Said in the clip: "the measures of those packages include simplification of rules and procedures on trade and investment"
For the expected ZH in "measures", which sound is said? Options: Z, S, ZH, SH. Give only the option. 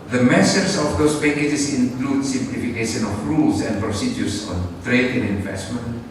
S